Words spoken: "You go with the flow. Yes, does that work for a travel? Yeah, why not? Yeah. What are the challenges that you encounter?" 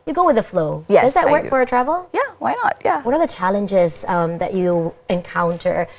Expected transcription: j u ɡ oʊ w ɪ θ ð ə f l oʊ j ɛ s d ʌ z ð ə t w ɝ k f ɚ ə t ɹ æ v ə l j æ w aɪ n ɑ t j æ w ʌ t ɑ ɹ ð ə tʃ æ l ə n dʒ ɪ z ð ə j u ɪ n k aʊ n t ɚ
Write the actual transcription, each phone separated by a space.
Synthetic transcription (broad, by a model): j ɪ ɡ oʊ w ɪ ð ə f l oʊ j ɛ d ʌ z ð ə t w ɝ k f ɚ ə t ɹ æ v l j æ w aɪ n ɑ t j æ w ʌ t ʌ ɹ ð ə tʃ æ l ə n dʒ ɪ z ð ə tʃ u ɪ n k aʊ n t ɚ